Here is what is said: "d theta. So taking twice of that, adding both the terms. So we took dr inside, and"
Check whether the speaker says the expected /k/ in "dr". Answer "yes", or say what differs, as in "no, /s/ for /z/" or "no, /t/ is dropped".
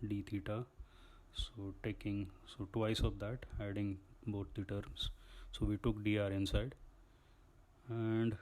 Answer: no, /k/ is dropped